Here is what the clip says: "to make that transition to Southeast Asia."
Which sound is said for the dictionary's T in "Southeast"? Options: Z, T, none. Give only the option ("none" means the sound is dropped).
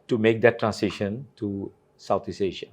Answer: none